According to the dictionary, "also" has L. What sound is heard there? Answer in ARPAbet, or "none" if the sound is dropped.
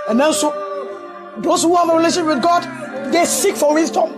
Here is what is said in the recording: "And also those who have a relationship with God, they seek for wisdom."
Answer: N